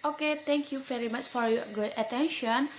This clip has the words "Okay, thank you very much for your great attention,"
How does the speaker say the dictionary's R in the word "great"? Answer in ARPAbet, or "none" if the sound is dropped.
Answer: none